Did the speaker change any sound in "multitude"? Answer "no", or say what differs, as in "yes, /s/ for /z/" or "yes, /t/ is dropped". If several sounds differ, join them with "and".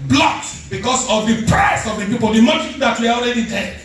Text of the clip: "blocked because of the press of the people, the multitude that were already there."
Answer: yes, /l/ is dropped